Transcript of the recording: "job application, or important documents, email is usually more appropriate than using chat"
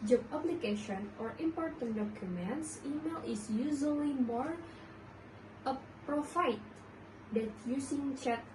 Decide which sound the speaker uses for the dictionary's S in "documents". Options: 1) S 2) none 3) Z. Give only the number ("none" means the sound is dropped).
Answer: 1